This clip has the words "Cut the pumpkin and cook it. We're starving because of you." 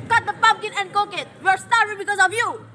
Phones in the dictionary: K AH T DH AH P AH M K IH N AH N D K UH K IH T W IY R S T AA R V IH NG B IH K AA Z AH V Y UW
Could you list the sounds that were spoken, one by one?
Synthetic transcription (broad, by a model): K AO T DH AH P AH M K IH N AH N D K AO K IH T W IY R S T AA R IH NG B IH K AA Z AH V Y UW